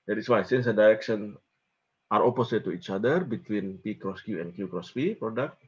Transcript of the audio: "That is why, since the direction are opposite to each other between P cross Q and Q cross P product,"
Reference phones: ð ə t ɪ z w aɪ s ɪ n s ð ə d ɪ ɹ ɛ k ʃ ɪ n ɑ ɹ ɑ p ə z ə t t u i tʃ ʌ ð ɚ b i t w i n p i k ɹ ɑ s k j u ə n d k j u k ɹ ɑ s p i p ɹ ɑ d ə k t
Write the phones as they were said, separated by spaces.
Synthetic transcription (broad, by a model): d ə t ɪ s w aɪ s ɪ n s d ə d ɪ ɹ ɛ k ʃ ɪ n ɑ ɹ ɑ p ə s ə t t u i tʃ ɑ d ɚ b i t w i n p i k ɹ ɑ s k j u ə n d k j u k ɹ ɑ s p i p ɹ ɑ d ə k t